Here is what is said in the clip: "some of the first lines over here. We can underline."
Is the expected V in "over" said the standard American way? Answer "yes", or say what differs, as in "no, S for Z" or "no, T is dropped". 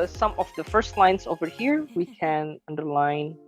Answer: yes